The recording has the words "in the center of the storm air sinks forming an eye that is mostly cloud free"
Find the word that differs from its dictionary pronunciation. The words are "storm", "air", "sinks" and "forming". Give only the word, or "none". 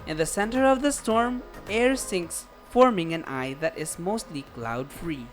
none